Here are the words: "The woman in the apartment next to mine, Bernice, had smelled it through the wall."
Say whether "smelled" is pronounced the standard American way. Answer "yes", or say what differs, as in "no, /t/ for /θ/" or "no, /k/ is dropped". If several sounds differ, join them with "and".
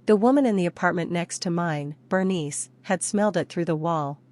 yes